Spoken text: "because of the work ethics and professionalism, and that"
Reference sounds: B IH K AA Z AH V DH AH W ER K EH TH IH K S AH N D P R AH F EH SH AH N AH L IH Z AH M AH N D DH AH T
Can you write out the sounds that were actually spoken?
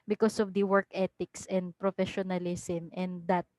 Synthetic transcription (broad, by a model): B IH K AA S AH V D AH W ER K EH T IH K S AH N D P R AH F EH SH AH N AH L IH S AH M AH N D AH T